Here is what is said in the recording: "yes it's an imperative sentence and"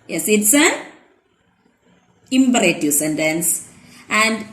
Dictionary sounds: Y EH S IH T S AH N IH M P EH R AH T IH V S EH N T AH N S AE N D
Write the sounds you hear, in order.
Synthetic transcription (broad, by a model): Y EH S IH T S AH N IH M B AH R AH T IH S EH N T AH N S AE N D